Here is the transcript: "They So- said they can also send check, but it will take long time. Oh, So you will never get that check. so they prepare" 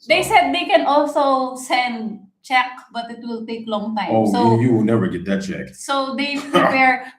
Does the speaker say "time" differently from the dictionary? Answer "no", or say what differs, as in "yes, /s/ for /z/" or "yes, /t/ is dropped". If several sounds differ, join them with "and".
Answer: yes, /m/ is dropped